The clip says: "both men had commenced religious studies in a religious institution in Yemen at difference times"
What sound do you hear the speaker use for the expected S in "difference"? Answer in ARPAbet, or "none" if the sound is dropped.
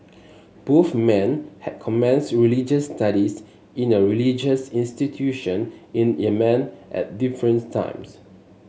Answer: none